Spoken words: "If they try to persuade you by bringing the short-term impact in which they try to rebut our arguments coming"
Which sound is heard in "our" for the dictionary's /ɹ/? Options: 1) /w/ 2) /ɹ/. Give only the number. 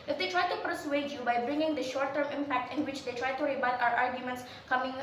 2